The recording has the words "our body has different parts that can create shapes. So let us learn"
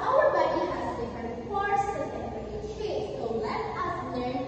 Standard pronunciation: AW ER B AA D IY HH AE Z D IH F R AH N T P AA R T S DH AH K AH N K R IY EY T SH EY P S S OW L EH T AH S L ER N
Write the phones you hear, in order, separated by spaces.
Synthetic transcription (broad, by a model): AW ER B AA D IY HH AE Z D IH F R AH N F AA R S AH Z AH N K IY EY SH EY S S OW L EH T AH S L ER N